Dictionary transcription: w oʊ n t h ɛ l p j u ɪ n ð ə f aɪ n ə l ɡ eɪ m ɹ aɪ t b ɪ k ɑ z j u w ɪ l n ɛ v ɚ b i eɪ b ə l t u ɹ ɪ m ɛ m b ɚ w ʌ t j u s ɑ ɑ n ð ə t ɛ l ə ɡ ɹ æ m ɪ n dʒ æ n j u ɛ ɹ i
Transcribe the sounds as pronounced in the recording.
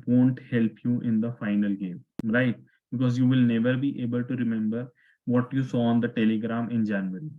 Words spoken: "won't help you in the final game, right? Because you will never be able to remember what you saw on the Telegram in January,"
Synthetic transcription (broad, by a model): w oʊ n t h ɛ l p j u ɪ n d ə f aɪ n ə l ɡ eɪ m ɹ aɪ t b ɪ k ɑ z j u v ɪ l n ɛ v ɚ b i eɪ b ə l t u ɹ ɪ m ɛ m b ɚ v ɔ t j u s ɑ ɑ n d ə t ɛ l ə ɡ ɹ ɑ m ɪ n dʒ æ n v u ɹ i